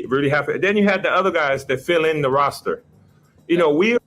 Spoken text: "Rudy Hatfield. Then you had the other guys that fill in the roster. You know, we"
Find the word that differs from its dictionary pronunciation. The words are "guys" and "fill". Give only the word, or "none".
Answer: none